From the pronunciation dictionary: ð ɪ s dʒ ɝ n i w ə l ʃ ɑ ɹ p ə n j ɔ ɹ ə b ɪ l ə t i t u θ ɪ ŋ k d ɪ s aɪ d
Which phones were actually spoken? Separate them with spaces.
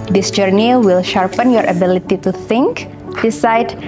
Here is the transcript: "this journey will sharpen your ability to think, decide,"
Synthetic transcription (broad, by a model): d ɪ s dʒ ɝ n i w ə l ʃ ɑ ɹ p ə n j ɔ ɹ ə b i l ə t i t u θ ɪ ŋ k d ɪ s aɪ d